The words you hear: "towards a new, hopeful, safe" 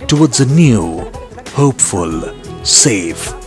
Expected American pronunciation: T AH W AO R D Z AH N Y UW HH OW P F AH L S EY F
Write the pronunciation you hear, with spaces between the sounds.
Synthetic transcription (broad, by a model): T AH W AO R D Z AH N Y UW HH OW P F AH L S EY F